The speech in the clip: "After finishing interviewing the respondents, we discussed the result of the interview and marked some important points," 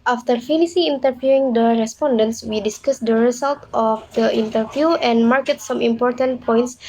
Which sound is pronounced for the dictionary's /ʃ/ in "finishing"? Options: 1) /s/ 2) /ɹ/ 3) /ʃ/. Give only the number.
1